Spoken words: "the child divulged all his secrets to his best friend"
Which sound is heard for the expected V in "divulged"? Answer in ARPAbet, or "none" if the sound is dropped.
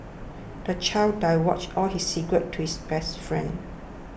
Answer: W